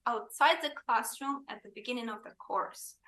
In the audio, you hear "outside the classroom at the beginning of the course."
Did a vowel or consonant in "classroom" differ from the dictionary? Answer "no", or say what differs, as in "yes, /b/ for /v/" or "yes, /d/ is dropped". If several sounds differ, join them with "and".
no